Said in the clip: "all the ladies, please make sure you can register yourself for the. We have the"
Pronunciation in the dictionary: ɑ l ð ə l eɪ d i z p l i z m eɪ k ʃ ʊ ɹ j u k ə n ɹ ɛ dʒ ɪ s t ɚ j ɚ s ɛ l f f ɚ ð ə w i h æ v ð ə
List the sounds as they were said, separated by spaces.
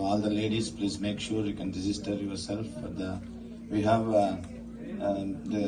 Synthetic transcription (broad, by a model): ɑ l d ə l eɪ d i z p l i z m eɪ k ʃ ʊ ɹ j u k ə n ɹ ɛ z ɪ s t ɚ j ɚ s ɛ l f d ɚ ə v i h æ v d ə